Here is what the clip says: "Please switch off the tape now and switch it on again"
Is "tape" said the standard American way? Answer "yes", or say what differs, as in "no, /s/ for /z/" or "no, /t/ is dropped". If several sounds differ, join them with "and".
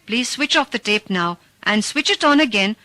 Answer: yes